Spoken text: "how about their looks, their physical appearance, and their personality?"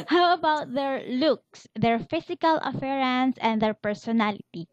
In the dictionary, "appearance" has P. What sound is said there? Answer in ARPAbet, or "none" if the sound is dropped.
F